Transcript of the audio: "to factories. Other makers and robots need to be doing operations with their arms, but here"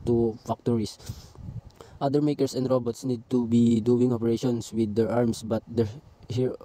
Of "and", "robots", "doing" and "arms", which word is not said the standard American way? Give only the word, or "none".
arms